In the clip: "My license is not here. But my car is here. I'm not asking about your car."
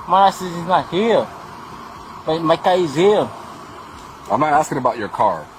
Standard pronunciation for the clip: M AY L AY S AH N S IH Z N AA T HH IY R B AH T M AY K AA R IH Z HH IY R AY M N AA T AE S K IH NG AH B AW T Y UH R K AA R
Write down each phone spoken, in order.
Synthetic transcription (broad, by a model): M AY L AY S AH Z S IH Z N AA T HH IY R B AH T M AY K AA IH Z HH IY AY M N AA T AE S K IH NG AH B AW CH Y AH R K AA R